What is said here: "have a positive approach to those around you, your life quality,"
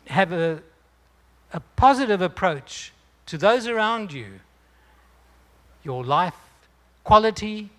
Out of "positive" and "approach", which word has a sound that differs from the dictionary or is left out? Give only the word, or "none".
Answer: none